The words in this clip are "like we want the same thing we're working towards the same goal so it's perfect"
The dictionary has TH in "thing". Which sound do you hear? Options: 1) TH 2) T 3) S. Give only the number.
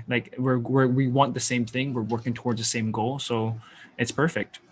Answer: 1